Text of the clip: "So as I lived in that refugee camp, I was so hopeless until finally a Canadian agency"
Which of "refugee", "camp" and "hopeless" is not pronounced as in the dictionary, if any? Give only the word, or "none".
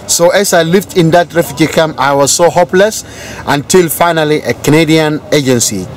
camp